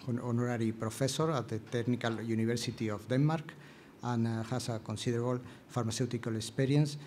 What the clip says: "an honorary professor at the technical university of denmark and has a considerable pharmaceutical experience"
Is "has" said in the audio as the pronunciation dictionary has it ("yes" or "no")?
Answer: no